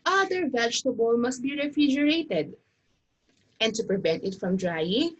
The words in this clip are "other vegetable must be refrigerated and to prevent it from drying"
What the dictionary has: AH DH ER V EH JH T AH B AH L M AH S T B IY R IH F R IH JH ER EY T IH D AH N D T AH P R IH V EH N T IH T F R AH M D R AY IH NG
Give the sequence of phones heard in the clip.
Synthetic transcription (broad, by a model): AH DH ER V EH JH T AH B AH L M AH S T B IY R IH F R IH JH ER EY T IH D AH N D T AH P R IH V EH N T IH T F R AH M D R AY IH NG